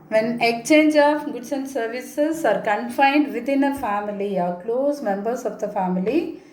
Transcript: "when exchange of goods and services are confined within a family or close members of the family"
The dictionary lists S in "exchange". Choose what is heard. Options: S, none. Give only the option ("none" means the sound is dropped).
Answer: none